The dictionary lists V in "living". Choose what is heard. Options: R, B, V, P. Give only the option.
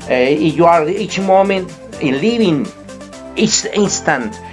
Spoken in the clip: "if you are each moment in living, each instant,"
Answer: B